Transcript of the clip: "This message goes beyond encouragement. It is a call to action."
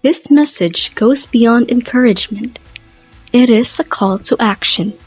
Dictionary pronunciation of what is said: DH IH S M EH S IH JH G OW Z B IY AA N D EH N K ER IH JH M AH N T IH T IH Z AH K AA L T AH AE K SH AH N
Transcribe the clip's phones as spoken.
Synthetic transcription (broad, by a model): DH IH S M EH S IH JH G OW Z B IY AA N D EH N K ER IH JH M AH N T IH T IH Z AH K AA L T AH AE K SH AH N